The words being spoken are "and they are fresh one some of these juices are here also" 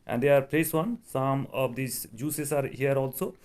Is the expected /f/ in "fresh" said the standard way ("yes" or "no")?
no